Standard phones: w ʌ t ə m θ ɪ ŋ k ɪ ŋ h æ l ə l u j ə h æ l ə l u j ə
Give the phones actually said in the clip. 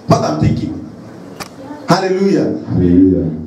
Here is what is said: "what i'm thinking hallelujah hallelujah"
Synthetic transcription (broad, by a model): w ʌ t ə m t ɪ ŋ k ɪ h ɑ l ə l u j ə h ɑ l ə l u j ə